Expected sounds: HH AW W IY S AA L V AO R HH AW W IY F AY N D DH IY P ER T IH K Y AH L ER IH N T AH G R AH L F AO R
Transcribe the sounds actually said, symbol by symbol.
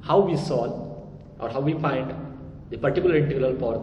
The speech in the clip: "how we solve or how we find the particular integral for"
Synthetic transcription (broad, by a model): HH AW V IY S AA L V AO R HH AW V IY F AY N D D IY P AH T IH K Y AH L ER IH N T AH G L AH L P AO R